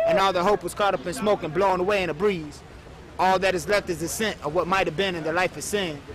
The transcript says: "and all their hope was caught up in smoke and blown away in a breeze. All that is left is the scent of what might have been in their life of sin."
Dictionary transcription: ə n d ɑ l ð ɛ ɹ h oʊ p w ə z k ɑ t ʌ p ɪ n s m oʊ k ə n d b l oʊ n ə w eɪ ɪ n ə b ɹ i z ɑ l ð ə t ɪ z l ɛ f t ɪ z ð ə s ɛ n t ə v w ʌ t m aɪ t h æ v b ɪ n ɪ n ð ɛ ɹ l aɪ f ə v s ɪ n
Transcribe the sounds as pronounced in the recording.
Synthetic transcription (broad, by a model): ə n ɑ l ð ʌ h oʊ p w ə z k ɑ t ʌ p ɪ n s m oʊ k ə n b l oʊ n ə w eɪ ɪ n ə b ɹ i z ɑ l ð ə t ɪ z l ɛ f t ɪ z ð ə s ɛ n t ə v w ʌ t m aɪ t h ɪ v b ɪ n ɪ n ð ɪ l aɪ f ə v s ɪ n